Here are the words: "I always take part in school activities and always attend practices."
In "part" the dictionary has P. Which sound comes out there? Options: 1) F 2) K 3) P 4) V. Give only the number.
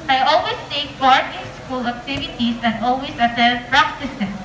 1